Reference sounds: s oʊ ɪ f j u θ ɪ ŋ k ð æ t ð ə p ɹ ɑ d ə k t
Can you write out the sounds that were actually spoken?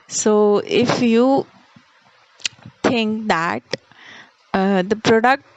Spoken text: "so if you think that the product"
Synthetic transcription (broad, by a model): s oʊ ɪ f j u t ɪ ŋ k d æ t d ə p ɹ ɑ d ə k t